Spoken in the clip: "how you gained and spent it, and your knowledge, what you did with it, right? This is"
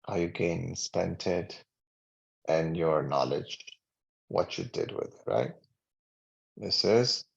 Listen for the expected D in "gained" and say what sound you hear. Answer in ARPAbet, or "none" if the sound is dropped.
none